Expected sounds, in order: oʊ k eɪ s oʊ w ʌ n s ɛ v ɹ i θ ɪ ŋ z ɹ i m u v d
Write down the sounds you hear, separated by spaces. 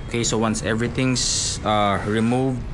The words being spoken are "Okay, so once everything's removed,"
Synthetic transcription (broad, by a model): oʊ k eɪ s oʊ w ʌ n s ɛ v ɹ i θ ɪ ŋ s ɹ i m u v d